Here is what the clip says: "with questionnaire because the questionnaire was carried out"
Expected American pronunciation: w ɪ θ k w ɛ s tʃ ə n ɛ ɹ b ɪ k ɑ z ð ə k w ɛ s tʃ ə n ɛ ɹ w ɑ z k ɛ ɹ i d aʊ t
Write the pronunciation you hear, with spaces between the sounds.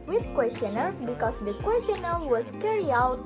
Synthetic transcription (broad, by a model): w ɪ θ k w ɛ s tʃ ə n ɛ ɹ b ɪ k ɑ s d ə k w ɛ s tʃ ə n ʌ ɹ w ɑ s k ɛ ɹ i aʊ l